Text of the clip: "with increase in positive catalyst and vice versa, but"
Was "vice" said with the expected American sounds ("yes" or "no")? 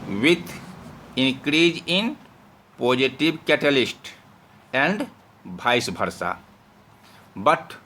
no